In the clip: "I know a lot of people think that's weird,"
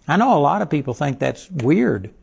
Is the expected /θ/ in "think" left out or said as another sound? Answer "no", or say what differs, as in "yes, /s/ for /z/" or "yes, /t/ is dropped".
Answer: no